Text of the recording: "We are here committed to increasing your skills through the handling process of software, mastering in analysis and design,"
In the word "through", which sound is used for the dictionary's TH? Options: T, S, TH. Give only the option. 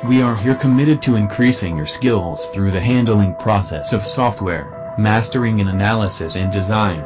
TH